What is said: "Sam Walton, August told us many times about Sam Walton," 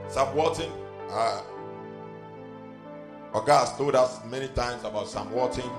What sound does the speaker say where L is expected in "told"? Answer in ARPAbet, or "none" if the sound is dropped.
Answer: none